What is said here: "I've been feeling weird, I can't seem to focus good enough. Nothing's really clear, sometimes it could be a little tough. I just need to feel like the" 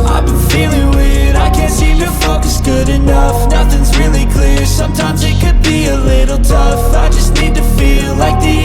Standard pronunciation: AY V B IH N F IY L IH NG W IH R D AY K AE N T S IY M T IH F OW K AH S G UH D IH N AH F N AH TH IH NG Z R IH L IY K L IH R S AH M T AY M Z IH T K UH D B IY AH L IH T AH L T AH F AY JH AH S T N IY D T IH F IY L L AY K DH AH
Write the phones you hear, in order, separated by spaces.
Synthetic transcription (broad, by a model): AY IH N F IY L IH NG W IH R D AY K AE N T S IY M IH F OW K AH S G UH D IH N AH F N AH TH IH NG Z R IH L IY K L IH R S AH M T AY M Z IH T K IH D B IY AH L IH T L T AH F AY JH AH S T N IY D T IH F IY L L AY K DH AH